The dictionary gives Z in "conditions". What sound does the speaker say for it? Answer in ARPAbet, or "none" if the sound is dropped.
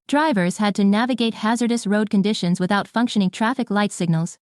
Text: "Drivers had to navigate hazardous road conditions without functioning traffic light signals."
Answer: Z